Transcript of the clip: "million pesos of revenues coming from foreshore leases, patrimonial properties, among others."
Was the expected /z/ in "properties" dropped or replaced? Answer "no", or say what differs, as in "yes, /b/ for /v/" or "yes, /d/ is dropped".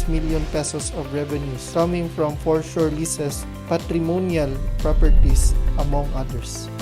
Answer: yes, /s/ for /z/